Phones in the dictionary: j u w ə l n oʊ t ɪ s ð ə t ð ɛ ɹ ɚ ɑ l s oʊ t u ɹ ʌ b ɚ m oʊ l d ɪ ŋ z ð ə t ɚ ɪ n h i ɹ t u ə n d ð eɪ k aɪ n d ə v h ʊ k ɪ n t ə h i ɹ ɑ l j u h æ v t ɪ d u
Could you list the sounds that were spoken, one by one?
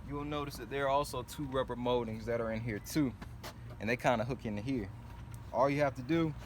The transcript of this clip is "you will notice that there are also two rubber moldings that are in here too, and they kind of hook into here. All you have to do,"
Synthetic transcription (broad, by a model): j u w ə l n oʊ t ɪ s ð ə t ð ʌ ɹ ɑ l s oʊ t u ɹ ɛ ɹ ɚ m oʊ d ɪ ŋ z ð ə t ɚ ɪ n h i ɹ t u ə n ð eɪ k aɪ n d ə h ʊ k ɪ n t h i ɹ ɑ l j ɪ h æ f t ɪ d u